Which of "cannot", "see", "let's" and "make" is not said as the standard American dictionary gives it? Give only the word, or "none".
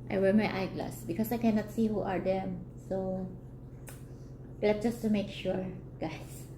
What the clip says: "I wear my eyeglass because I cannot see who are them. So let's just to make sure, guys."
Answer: let's